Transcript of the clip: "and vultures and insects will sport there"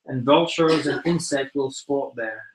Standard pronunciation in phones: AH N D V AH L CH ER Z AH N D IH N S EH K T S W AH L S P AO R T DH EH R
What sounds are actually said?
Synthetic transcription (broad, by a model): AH N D V AH L CH ER Z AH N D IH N S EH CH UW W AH L S P AO R T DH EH R